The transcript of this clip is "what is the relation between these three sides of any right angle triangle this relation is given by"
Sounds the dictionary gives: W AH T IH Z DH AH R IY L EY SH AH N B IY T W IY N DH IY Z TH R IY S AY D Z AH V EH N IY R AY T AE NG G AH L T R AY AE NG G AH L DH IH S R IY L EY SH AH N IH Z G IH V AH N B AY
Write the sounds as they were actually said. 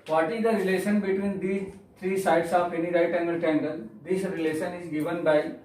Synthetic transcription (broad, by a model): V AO T IH Z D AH R IY L EY SH AH N B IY T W IY N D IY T R IY S AY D S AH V EH N IY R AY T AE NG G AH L T EH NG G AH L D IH S R IY L EY SH AH N IH Z G IH V AH N B AY